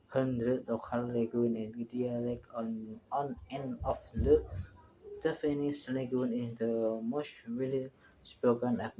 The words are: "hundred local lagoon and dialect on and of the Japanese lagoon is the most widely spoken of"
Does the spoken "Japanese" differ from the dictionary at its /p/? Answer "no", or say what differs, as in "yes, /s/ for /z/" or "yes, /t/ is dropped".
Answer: yes, /f/ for /p/